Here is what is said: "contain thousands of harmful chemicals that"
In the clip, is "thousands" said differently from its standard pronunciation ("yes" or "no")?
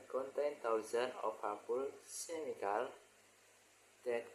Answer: yes